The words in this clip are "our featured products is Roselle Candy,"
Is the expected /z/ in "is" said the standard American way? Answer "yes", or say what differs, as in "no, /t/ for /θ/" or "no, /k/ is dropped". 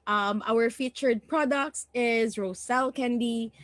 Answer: yes